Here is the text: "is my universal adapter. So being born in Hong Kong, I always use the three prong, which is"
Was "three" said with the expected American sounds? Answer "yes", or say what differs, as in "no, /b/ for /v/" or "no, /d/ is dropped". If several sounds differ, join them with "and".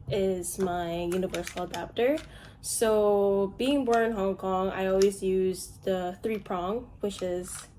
yes